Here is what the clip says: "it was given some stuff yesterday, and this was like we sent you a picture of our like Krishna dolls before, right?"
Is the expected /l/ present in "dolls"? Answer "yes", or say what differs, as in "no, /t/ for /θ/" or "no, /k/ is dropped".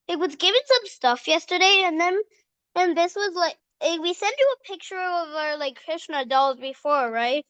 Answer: yes